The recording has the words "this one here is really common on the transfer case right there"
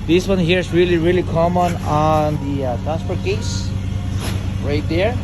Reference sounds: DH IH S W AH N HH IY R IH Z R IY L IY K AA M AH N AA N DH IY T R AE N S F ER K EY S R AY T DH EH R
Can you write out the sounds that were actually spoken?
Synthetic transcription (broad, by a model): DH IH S W AH N HH IY R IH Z R IY L IY K AA M AH N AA N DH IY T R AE S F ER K EY S R AY T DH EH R